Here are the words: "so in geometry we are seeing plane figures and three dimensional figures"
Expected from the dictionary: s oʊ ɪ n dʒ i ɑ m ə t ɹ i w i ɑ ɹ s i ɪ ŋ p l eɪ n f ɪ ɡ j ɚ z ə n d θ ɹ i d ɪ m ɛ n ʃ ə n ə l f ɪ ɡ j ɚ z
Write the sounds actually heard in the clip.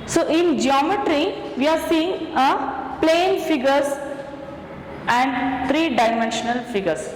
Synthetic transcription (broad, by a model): s oʊ ɪ n dʒ i ɑ m ə t ɹ i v i ɑ ɹ s i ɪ ŋ p l eɪ n f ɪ ɡ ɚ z ə n d t ɹ i d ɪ m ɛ n ʃ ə n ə l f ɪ ɡ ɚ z